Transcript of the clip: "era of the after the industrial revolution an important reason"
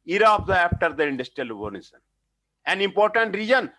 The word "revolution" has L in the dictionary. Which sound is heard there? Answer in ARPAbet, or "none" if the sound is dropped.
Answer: N